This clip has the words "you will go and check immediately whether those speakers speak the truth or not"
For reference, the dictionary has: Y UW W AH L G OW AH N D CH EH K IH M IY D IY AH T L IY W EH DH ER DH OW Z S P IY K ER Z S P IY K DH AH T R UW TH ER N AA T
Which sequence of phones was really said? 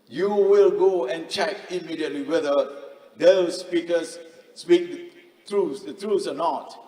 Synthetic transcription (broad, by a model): Y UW W AH L G OW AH N CH EH K IH M IY D IY AH T L IY W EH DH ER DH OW S P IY K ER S S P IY K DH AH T R UW S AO N AA T